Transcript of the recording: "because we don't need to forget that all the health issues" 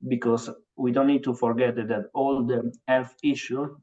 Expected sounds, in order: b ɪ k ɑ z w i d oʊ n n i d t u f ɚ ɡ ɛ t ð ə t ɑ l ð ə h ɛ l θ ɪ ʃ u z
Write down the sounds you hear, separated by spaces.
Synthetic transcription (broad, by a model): b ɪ k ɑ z w i d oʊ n n i d t u f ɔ ɡ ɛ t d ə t ɑ l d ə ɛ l f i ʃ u